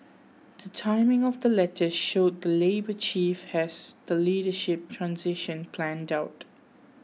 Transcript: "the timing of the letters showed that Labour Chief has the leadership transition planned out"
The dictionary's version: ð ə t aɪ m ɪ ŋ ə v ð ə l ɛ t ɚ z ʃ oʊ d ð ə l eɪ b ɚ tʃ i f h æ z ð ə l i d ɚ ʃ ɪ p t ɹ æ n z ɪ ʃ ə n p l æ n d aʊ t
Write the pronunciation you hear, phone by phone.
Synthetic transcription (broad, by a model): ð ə t aɪ m ɪ ŋ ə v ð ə l ɛ t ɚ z ʃ oʊ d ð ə l eɪ b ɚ tʃ i f h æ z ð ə l i d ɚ ʃ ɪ p t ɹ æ n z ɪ ʃ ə n p l æ n d aʊ t